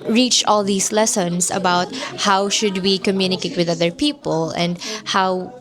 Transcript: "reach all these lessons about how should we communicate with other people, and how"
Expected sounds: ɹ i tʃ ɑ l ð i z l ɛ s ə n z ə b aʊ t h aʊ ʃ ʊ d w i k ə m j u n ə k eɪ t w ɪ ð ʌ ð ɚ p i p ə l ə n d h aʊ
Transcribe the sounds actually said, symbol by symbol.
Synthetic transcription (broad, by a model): ɹ i tʃ ɑ l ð i s l ɛ s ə n s ə b aʊ t h aʊ ʃ ʊ d w i k ə m j u n ə k eɪ t w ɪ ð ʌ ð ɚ p i p ə l ə n d h aʊ